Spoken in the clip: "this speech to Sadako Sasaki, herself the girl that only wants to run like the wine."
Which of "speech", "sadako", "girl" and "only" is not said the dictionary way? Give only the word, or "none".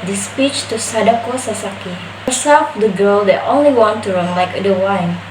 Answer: none